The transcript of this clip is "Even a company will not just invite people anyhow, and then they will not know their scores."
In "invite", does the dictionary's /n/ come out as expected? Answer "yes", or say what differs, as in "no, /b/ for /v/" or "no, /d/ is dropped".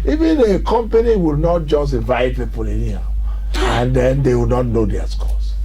no, /n/ is dropped